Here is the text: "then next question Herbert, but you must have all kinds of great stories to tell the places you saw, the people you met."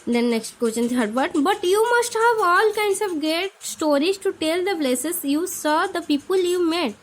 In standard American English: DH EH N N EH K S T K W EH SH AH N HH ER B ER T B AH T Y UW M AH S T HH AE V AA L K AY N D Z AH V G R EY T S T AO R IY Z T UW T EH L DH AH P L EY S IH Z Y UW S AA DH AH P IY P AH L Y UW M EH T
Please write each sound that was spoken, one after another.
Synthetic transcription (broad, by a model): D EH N N EH K S T K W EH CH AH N HH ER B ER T B AH T Y UW M AH S T HH AE V AA L K AY N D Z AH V G EY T S T AO R IY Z T UW T EH L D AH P L EY S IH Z Y UW S AA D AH P IY P AH L Y UW M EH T